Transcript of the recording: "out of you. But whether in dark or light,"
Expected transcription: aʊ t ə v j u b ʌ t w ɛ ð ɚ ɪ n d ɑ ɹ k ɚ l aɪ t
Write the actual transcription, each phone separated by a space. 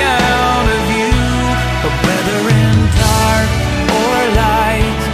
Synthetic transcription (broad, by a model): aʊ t ə v j u b ʌ t w ɛ ð ɚ ɪ n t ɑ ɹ ɚ l aɪ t